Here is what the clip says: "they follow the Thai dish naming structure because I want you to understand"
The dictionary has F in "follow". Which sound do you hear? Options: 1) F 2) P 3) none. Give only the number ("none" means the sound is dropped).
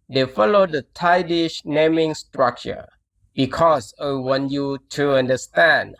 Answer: 1